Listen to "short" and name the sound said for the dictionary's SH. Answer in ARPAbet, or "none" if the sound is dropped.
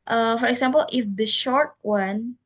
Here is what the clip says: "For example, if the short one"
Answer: SH